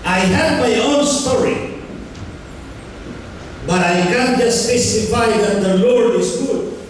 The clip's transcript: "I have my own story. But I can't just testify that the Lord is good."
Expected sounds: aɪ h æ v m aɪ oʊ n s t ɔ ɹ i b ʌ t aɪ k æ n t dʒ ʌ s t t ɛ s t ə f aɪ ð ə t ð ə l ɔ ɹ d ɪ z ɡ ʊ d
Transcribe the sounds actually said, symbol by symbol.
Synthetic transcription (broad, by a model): aɪ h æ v m aɪ oʊ n s t ɔ ɹ i b ʌ t aɪ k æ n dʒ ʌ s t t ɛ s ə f aɪ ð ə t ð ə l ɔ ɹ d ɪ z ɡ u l